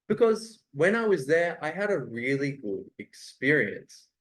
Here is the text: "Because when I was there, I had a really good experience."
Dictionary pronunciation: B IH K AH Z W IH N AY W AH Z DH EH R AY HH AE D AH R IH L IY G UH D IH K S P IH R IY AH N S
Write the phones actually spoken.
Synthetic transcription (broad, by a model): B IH K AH Z W IH N AY W AH Z DH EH R AY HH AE D AH R IH L IY G UH D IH K S P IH R IY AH N S